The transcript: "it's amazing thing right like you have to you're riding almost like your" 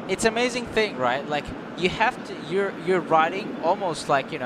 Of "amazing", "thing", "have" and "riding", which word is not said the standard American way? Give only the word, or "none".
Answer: have